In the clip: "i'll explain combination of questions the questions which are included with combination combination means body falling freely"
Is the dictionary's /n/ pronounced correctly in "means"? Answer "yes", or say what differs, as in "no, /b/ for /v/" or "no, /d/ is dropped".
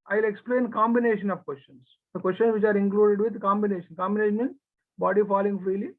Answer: no, /n/ is dropped